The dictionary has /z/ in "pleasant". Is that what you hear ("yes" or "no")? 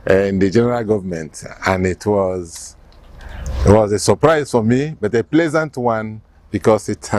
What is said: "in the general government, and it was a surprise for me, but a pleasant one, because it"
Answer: yes